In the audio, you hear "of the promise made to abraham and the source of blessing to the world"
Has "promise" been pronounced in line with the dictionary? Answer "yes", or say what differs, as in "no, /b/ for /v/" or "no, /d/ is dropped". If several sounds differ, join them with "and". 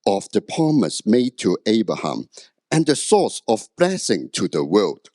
no, /ɹ/ is dropped